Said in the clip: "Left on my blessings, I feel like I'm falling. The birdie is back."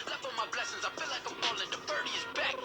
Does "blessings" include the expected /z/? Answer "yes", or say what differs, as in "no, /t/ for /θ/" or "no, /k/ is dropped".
yes